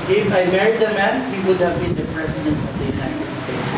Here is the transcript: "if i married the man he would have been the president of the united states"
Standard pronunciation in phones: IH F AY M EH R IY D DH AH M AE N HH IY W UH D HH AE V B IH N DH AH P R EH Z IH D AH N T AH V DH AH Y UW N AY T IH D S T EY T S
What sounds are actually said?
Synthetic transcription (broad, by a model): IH F AY M EH R IY D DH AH M AE N HH IY W UH D HH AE V B IH N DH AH P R EH S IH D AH N T AH V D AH Y UW N AY T IH D S T EY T S